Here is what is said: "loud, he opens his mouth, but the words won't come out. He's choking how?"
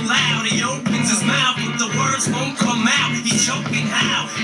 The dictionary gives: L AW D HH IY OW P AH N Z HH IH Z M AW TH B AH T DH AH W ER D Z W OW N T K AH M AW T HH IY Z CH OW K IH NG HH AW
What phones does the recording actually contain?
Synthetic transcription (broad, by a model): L AW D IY OW P AH N Z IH Z M AW TH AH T DH AH W ER D Z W OW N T K AH M AW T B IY CH OW K IH NG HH AW